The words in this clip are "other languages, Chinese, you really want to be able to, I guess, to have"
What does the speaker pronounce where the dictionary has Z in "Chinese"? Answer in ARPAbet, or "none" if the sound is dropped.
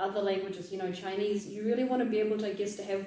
Z